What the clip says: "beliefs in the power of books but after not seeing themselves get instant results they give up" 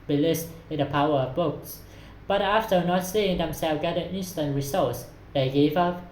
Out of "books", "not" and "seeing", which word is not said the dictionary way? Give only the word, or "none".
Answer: none